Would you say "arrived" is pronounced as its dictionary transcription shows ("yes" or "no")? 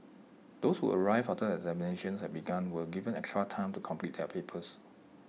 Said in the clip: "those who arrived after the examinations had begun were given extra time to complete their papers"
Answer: no